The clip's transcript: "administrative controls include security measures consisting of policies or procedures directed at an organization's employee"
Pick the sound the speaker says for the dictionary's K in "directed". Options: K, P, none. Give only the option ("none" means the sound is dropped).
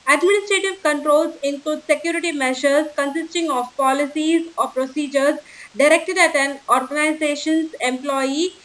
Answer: K